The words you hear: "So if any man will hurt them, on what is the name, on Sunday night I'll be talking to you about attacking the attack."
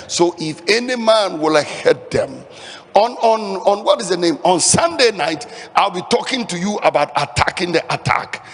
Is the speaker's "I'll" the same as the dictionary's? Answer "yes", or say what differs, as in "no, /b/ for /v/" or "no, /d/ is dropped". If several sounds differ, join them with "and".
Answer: yes